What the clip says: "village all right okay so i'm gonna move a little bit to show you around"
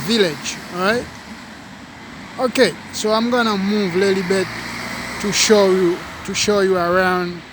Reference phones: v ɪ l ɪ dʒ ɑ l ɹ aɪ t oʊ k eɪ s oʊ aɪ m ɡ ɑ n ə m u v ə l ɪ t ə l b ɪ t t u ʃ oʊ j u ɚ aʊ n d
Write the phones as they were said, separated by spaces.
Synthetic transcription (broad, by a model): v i l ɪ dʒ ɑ ɹ aɪ t oʊ k eɪ s oʊ aɪ m ɡ ɑ n ə m u v ə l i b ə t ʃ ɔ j t u ʃ oʊ j u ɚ aʊ n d